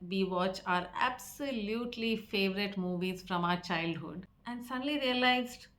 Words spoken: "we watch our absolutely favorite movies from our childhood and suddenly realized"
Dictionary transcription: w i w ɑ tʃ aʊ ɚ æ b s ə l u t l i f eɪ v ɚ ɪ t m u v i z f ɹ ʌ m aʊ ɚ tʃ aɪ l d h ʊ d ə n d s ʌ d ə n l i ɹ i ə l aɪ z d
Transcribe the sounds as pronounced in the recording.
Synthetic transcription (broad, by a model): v i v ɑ tʃ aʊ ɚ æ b s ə l u t l i f eɪ v ɚ ɪ t m u v i z f ɹ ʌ m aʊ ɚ tʃ aɪ l d h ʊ d ə n d s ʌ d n l i ɹ i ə l aɪ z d